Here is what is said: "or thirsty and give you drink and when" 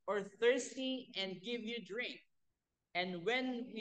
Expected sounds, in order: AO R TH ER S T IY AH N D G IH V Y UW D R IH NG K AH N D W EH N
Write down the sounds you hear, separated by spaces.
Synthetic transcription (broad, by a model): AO R TH ER S T IY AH N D G IH V Y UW D R IH NG K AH N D W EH N